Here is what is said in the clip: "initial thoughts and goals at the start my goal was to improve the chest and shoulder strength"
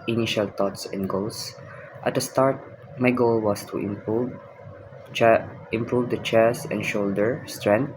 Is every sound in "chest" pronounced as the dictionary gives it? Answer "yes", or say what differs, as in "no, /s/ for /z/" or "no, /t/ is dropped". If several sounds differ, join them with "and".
no, /t/ is dropped